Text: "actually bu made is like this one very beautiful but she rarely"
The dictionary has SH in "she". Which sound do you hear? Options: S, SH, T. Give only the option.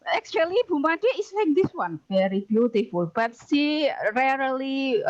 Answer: S